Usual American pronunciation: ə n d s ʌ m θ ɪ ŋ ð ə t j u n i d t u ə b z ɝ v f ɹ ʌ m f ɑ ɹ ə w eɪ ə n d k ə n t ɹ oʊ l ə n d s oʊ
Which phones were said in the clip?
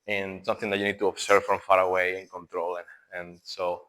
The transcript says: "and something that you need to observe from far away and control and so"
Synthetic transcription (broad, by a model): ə n s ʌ m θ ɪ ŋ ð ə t j u n i d t u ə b s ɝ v f ɹ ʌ m f ɑ ɹ ə w eɪ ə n k ə n t ɹ oʊ l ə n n s oʊ